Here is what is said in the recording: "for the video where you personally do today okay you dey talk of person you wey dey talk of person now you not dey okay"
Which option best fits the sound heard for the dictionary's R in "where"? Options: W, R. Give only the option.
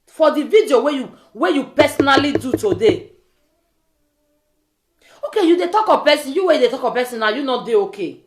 W